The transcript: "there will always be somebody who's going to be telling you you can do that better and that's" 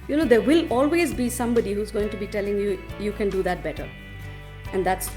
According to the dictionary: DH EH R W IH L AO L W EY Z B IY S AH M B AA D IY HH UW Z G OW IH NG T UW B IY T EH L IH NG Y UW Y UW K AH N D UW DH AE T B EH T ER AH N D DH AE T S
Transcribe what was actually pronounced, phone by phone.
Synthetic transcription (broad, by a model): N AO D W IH L AO L W EY Z B IY S AH M B AA D IY HH UW Z G OW IH NG T UW B IY T EH L IH NG Y UW Y UW K AH N D UW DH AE T B EH T ER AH N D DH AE T S